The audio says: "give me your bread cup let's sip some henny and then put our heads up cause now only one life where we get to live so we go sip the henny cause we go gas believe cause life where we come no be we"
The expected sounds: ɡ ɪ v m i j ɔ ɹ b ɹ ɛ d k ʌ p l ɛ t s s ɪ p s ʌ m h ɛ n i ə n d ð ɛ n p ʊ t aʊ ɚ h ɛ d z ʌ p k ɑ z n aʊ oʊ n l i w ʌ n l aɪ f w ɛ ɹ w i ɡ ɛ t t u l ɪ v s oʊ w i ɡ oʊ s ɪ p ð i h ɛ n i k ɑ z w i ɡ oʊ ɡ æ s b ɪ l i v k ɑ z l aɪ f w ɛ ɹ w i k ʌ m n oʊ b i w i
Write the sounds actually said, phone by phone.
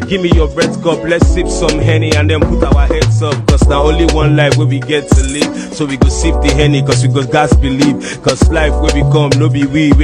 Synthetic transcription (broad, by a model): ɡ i v m i j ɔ b ɹ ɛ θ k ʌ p l ɛ t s s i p s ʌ m h ɛ n i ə n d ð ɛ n p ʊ t aʊ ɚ h ɛ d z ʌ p k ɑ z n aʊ oʊ n l i w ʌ n l aɪ f w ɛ w i ɡ ɛ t t u l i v s oʊ w i ɡ oʊ s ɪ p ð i h ɛ n i k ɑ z w i ɡ oʊ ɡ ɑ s b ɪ l i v k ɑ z l aɪ f w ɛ w i k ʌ m n oʊ b i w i